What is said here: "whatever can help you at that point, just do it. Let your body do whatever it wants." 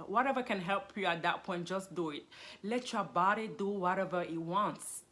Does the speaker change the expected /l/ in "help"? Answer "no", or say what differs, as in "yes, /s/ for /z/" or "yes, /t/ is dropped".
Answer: no